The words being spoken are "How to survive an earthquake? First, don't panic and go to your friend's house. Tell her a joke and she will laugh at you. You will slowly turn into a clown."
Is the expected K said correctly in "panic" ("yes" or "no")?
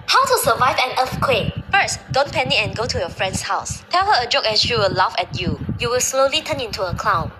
no